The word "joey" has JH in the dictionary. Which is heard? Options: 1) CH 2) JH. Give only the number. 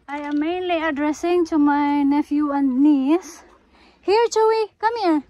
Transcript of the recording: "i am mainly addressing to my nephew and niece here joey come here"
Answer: 1